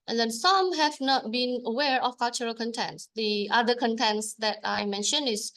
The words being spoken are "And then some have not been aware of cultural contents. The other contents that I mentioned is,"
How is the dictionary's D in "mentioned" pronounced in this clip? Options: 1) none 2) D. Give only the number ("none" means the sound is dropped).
1